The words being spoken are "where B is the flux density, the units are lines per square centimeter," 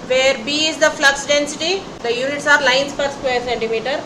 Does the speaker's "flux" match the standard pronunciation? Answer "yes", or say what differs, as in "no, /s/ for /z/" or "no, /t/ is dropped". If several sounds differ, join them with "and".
yes